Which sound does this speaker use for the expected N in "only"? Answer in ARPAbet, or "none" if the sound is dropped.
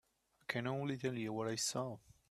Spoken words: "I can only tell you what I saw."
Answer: none